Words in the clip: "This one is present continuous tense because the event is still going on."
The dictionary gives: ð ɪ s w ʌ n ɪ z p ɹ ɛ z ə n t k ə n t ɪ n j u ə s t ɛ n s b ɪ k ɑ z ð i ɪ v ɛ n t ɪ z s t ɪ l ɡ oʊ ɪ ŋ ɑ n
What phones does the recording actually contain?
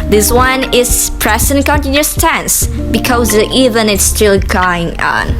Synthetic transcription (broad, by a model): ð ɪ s w ʌ n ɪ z p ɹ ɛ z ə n k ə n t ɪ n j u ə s t ɛ n s b ɪ k ɑ z i v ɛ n ɪ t s t ɪ l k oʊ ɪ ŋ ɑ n